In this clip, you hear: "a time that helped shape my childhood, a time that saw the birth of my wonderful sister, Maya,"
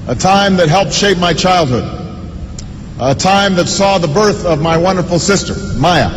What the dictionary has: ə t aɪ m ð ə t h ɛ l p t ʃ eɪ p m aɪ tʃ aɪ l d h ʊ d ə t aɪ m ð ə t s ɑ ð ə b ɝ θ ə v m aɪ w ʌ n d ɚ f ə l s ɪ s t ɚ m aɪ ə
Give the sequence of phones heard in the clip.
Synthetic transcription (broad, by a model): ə t aɪ m ð ə t h ɛ l p t ʃ eɪ p m aɪ tʃ aɪ l d h ʊ d ə t aɪ m ð ə t s ɑ ð ə b ɝ θ ə v m aɪ w ʌ n d ɚ f l s ɪ s t ɚ m aɪ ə